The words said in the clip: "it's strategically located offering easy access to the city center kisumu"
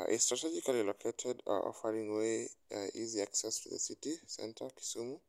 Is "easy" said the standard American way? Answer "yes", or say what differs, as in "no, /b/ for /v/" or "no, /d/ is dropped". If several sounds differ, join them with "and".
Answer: yes